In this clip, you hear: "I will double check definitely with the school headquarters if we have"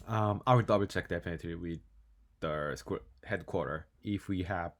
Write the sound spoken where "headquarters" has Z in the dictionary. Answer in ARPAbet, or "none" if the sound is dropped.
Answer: none